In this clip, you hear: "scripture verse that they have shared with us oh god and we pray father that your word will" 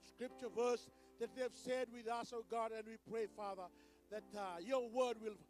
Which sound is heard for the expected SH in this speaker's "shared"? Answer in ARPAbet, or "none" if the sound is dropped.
S